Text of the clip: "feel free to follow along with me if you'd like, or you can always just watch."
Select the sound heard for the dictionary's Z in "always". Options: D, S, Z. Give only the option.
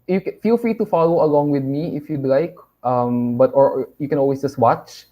S